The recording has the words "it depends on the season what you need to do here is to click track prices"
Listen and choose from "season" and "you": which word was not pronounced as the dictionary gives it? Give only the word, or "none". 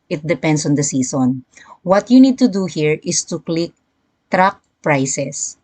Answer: season